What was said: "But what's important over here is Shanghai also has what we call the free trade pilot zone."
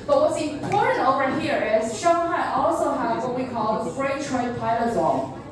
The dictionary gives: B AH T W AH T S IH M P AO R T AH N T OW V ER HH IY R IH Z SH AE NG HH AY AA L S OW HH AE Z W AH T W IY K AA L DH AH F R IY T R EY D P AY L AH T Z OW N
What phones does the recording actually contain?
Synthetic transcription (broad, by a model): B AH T W AH T S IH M P AO R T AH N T OW V ER HH IY R IH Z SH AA HH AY AA L S OW HH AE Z W AH T W IY K AA L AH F R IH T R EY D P AY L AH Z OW